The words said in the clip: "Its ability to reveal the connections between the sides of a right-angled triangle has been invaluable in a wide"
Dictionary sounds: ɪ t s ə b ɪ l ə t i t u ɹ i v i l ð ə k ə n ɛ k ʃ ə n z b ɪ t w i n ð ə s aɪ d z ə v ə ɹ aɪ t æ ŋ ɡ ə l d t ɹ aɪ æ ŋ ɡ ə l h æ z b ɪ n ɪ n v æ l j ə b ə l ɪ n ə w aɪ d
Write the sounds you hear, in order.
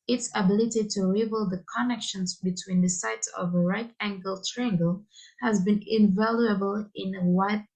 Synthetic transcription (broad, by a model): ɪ t s ə b ɪ l ə t i t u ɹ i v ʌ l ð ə k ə n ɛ k ʃ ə n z b ɪ t w i n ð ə s aɪ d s ə v ə ɹ aɪ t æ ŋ ɡ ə l t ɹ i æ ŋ ɡ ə l h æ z b ɪ n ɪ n v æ l j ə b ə l ɪ n ə w aɪ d